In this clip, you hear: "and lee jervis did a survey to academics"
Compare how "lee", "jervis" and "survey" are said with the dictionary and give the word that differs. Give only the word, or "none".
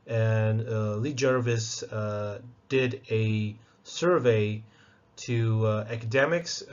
none